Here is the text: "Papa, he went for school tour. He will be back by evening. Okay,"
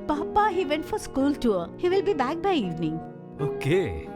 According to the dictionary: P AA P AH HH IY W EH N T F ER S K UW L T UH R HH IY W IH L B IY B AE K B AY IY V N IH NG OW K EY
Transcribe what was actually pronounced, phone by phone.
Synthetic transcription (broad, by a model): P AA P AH HH IY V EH N T F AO S K UW L T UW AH HH IY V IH L B IY B AE K B AY IY V N IH NG OW K EY